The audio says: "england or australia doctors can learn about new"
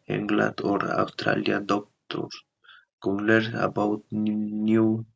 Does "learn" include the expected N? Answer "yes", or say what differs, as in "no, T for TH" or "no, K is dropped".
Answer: no, N is dropped